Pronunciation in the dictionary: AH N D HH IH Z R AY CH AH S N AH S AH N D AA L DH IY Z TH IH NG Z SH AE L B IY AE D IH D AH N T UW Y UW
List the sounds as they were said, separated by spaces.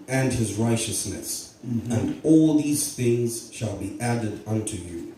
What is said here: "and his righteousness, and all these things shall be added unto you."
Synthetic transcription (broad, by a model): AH N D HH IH Z R AY CH AH S N AH S AH N D AA L DH IY Z TH IH NG Z SH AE L B IY AE D IH D AH N T UW Y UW